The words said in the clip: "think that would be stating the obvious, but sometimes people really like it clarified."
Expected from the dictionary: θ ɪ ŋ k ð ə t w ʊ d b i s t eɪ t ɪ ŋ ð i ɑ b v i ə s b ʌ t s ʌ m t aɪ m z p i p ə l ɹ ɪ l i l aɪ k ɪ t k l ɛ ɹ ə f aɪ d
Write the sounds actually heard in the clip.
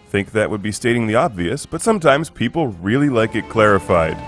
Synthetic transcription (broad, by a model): θ ɪ ŋ k ð ə t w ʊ d b i s t eɪ t ɪ ŋ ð i ɑ b v i ə s b ʌ t s ʌ m t aɪ m z p i p l ɹ ɪ l i l aɪ k ɪ t k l ɛ ɹ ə f aɪ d